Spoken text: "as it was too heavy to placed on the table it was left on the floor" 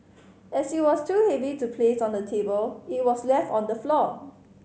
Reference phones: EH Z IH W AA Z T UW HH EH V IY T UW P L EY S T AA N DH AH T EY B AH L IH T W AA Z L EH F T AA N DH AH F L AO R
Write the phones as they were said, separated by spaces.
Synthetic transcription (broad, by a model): EH S IH W AA S T UW HH EH V IY T UW P L EY S AA N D AH T EY B AH L IH T W AA S L EH F T AA N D AH F L AO